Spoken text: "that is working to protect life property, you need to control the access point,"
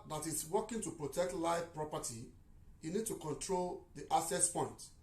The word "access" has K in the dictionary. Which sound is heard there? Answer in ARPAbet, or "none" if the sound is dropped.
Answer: none